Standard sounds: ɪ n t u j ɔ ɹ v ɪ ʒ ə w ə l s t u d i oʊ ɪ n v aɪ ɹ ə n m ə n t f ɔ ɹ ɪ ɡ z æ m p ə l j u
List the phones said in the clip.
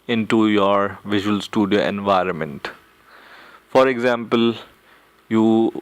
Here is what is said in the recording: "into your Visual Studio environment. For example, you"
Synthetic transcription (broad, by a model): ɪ n t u j ɔ ɹ v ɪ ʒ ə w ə l s t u d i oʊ ɪ n v aɪ ɹ ə n m ə n t f ɔ ɹ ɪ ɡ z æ m p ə l j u